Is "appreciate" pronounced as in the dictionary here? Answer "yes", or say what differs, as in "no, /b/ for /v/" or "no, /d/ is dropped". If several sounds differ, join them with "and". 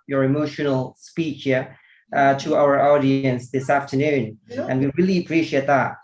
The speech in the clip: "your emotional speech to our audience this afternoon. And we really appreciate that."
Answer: yes